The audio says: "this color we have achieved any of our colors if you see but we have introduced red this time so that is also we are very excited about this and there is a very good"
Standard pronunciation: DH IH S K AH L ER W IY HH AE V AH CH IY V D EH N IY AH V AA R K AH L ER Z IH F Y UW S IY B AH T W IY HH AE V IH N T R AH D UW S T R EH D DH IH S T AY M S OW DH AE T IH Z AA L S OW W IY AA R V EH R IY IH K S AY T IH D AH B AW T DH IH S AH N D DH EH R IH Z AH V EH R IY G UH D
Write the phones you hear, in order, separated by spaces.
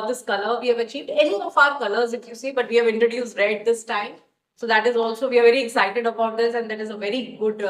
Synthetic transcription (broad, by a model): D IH S K AH L ER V IY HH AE V AH CH IY V D EH N IY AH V AA R K AH L ER Z IH F Y UW S IY B AH T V IY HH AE V IH N T R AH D UW S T R EH D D IH S T AY M S OW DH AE T IH Z AA L S OW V IY AA R V EH R IY IH K S AY T IH D AH B AW T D IH S AH N D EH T IH Z AH V EH R IY G UH D